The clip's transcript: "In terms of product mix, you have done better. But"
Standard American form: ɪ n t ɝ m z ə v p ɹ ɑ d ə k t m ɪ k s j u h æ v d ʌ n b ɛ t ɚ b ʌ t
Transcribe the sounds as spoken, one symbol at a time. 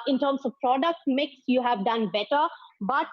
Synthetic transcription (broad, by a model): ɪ n t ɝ m s ə v p ɹ ɑ d ə k t m ɪ k s j u h æ v d ʌ n b ɛ t ɚ b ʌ t